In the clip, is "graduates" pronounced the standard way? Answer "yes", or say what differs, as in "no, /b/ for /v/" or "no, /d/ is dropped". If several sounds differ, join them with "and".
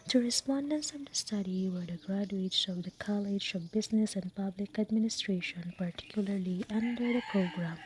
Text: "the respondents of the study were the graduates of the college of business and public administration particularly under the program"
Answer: yes